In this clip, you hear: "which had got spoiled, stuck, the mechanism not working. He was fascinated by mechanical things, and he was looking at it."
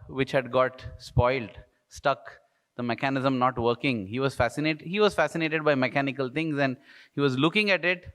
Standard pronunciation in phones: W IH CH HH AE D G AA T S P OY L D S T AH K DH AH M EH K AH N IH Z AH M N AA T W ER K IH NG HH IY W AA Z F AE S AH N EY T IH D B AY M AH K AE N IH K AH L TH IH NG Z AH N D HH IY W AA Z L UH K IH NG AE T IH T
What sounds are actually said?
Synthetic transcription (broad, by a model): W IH CH HH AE D G AA T S P OY L D S T AH K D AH M EH K AH N IH Z AH M N AA T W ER K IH NG HH IY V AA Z F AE S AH N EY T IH D B AY M AH K AE N IH K AH L T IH NG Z AH N D HH IY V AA Z L UH K IH NG AE T IH T